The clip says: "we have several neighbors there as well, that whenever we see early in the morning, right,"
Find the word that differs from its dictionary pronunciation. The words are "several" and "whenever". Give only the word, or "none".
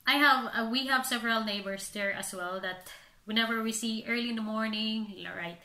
none